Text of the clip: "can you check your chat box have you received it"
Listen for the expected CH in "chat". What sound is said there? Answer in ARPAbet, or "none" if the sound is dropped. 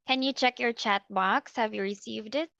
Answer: CH